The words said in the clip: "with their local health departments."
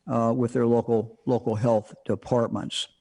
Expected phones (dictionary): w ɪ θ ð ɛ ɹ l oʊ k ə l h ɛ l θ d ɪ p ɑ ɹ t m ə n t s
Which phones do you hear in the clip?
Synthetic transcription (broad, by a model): w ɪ ð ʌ ɹ l oʊ k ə l h ɛ l θ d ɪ p ɑ ɹ t m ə n t s